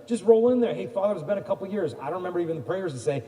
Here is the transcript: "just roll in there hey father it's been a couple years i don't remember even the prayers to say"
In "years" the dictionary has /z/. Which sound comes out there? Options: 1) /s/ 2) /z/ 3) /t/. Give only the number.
2